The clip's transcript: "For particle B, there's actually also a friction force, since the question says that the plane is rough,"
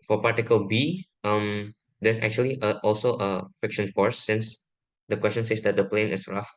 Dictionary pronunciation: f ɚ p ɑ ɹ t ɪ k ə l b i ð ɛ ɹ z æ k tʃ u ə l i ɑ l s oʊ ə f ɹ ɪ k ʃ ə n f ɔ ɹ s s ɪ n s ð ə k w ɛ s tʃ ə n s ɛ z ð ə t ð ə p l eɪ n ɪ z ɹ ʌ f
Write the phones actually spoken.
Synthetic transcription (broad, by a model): f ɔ p ɑ ɹ t ɪ k ə l b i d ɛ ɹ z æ k tʃ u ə l i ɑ l s oʊ ə f ɪ k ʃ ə n f ɔ ɹ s s ɪ n s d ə k w ɛ s tʃ ə n s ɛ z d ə t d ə p l eɪ n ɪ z ɹ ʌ f